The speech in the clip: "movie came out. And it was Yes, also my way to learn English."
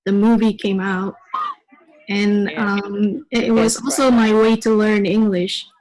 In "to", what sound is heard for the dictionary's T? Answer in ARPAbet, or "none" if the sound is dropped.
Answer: T